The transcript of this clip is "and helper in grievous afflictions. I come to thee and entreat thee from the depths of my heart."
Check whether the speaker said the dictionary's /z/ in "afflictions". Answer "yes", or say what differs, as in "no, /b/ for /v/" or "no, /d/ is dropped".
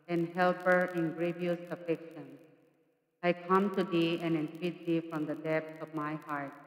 no, /z/ is dropped